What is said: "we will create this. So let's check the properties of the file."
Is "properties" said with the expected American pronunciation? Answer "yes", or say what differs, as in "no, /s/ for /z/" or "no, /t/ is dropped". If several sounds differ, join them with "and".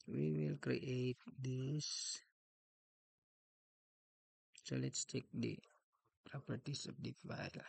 no, /s/ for /z/